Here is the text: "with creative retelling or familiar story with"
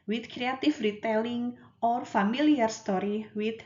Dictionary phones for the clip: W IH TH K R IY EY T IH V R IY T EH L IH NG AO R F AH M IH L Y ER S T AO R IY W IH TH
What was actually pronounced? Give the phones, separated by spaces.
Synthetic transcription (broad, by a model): W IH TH K R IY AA T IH F R IY T EH L IH NG AO R F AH M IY L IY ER S T AO R IY W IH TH